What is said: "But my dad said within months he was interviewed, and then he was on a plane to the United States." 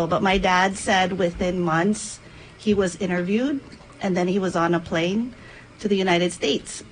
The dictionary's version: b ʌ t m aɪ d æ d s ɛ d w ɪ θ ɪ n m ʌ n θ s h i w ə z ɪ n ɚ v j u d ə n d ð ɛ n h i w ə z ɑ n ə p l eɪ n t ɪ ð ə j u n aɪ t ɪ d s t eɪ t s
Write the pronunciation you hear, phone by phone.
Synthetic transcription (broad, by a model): b ʌ t m aɪ d æ d s ɛ d w ɪ θ ɪ n m ʌ n θ s h i w ə z ɪ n ɚ v j u d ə n ð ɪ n i w ə z n ə p l eɪ n t ɪ ð ə j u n aɪ t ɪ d s t eɪ t s